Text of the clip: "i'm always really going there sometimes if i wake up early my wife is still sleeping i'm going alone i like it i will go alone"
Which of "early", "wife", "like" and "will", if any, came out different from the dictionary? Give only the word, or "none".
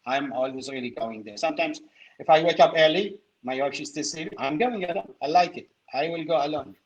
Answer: wife